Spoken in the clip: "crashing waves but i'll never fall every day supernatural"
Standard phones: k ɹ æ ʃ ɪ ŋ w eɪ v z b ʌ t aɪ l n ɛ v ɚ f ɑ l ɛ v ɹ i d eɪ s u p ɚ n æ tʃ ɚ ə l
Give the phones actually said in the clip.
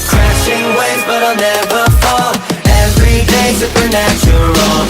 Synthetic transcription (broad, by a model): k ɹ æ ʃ ɪ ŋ w eɪ z b ʌ t aɪ l n ɛ v ɚ f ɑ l ɛ v ɹ i d eɪ s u p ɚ n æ tʃ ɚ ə l